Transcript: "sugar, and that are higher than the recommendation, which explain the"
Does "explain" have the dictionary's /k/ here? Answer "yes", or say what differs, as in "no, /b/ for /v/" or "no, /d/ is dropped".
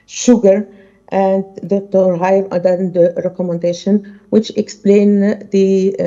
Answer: yes